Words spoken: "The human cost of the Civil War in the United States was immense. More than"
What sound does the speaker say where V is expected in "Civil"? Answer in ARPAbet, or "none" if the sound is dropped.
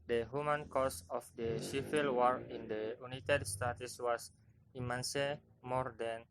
F